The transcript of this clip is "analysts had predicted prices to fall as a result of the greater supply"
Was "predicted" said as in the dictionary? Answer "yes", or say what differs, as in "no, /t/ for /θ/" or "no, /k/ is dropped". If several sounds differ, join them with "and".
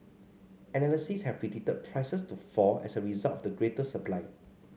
no, /k/ is dropped